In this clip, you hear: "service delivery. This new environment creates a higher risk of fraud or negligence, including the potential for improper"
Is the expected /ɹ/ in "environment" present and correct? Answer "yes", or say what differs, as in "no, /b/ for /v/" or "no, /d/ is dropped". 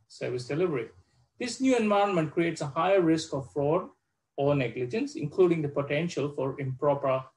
no, /ɹ/ is dropped